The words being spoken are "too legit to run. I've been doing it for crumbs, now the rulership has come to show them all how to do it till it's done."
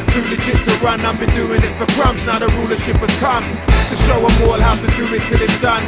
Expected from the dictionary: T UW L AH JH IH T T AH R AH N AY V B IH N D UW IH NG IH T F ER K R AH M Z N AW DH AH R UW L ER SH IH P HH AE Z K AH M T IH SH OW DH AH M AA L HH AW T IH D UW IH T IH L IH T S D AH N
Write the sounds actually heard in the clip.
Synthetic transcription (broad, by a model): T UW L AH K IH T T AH R AH N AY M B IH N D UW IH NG IH T F ER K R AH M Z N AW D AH R UW L ER SH IH P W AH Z K AH M T IH SH OW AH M AA L HH AW T IH D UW IH T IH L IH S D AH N